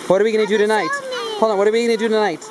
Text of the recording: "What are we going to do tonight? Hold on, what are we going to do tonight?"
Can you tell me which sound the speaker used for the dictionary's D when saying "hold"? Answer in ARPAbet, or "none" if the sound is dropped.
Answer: none